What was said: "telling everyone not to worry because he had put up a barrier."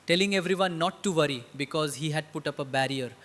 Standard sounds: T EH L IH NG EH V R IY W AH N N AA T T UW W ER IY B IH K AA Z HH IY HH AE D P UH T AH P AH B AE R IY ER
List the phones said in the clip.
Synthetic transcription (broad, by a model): T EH L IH NG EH V R IY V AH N N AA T T UW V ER IY B IH K AA Z HH IY HH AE D P UH T AH P AH B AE R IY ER